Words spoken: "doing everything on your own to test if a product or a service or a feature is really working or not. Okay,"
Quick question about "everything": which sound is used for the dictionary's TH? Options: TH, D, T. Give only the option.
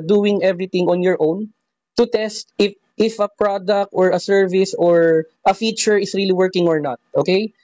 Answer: T